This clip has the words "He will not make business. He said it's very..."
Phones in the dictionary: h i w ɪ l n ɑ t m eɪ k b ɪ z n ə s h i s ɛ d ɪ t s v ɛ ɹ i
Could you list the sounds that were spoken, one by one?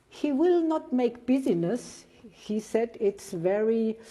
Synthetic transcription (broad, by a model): h i w ɪ l n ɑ t m eɪ k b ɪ z n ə s h i s ɛ d ɪ t s v ɛ ɹ i